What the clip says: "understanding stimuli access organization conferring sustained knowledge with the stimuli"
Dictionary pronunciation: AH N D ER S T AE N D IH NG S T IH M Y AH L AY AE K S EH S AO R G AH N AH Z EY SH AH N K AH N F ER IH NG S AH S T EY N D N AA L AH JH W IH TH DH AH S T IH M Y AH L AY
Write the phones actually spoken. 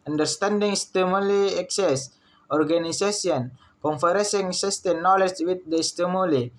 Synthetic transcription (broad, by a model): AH N D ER S T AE N D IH NG S T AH M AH L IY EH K S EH S AO R G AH N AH S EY S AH N K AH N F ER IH NG S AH S T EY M N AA L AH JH W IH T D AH S T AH M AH L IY